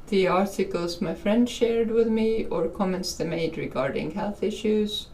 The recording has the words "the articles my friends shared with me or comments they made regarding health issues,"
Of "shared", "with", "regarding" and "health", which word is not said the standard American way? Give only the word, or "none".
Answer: none